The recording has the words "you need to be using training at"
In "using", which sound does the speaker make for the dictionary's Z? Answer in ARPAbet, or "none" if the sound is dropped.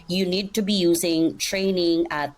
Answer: Z